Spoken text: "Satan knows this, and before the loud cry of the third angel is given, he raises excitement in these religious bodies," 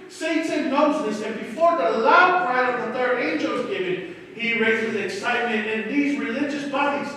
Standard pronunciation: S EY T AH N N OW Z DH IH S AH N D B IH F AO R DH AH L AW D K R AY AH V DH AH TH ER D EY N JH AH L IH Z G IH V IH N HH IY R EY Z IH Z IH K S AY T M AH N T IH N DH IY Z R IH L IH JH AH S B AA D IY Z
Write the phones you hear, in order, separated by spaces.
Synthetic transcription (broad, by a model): S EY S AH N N OW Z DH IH S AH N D B IH F AO R DH AH L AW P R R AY AH V DH AH TH ER D EY N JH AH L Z G IH V IH N HH IY R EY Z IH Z IH K S AY T M AH N T IH N DH IY Z R IH L IH JH AH S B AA D IY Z